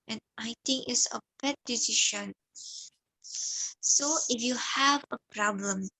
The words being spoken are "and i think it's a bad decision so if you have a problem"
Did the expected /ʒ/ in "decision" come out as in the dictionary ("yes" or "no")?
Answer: no